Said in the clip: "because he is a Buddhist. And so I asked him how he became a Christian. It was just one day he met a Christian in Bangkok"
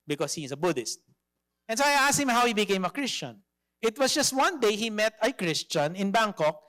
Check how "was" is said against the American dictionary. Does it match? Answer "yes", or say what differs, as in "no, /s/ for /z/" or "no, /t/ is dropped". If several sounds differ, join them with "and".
no, /s/ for /z/